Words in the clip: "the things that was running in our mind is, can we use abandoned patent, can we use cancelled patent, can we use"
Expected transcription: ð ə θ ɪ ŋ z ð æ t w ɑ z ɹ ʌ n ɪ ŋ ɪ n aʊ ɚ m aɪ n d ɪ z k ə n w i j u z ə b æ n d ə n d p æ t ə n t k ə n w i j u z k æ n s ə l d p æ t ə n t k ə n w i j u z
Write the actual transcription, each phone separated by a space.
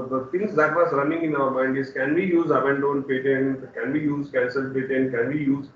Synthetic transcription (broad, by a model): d ə t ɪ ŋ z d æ t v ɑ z ɹ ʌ n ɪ ŋ ɪ n aʊ ɚ m aɪ n d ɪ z k ə n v i j u z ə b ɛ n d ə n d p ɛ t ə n k ə n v i j u z k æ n s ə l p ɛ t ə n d k ə n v i j u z